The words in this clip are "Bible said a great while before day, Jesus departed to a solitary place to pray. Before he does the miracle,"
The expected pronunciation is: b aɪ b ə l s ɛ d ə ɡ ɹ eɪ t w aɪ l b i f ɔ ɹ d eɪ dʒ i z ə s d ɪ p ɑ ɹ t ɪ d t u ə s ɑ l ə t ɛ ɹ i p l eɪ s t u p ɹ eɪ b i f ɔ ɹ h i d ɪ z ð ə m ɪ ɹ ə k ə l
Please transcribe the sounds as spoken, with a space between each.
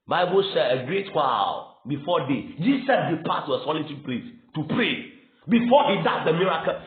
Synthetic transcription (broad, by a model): b aɪ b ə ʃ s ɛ ə ɡ ɹ eɪ t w aɪ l b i f ɔ d eɪ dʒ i s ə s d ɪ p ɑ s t t u ə s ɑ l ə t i p l eɪ s t u p ɹ eɪ b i f ɔ h i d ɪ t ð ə m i ɹ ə k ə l